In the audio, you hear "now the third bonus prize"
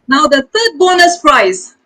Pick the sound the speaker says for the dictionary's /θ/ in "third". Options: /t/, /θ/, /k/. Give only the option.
/t/